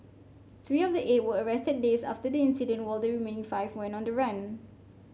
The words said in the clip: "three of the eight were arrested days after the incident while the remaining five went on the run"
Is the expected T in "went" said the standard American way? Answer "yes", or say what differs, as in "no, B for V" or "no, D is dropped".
no, T is dropped